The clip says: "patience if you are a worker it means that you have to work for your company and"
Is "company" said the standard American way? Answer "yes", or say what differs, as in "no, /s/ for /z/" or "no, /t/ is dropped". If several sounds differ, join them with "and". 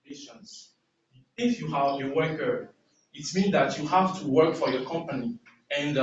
yes